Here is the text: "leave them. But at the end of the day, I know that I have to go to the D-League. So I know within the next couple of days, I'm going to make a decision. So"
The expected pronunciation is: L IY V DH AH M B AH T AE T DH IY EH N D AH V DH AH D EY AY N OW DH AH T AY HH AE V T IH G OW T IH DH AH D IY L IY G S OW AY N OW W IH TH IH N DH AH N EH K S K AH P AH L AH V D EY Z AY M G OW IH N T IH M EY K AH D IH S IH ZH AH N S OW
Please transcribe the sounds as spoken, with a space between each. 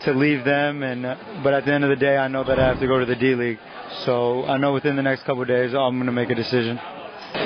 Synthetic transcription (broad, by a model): L IY V DH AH M B AH T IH T DH IY EH N D AH V DH AH D EY AY N OW DH AH T AY HH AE F T IH G OW T IH DH AH D IY L IY G S OW AY N OW W IH TH IH N DH AH N EH K S K AH P L D EY Z AY M G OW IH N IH M EY K AH D IH S IH ZH AH N